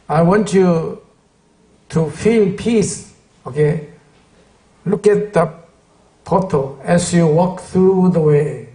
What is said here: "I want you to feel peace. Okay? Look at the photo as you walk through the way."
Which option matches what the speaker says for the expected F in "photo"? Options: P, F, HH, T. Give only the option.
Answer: P